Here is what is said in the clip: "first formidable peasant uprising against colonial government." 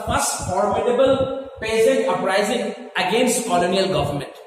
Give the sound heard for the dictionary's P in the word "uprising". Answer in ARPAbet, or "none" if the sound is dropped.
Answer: none